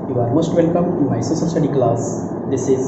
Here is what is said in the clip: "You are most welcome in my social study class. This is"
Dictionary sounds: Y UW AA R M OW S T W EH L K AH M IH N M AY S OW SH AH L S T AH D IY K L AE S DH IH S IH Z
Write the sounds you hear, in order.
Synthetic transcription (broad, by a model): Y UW AA R M OW S T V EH L K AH M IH M AY S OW S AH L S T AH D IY K L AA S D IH S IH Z